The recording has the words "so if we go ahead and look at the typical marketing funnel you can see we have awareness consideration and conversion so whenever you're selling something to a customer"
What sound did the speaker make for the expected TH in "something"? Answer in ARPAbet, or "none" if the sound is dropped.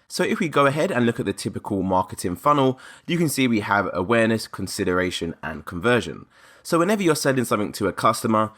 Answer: TH